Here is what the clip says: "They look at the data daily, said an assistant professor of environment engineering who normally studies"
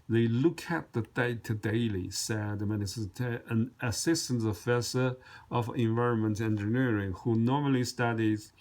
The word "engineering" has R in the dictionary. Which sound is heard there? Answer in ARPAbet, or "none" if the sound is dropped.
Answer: R